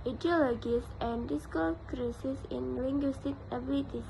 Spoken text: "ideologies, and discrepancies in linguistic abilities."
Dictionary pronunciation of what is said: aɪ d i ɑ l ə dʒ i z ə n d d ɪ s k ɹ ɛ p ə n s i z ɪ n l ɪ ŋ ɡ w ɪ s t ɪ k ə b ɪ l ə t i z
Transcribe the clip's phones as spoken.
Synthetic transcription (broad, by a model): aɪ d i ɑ l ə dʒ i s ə n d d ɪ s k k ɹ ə s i s ɪ n l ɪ ŋ ɡ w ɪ s t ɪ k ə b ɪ l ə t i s